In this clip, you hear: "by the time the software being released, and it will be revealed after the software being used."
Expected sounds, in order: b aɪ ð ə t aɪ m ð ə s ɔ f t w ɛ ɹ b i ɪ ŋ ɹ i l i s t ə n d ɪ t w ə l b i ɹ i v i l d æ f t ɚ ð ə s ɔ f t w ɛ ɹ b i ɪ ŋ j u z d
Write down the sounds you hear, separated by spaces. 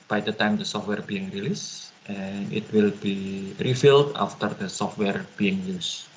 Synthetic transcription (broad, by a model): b aɪ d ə t aɪ m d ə s ɔ f t w ɛ ɹ b i ɪ ŋ ɹ i l i s t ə n ɪ t w ə l b i ɹ i f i l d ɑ f t ɚ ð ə s ɔ f t w ɛ ɹ b i ɪ ŋ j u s